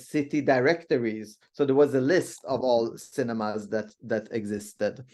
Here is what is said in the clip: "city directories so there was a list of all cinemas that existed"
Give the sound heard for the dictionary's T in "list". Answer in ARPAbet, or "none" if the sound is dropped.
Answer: T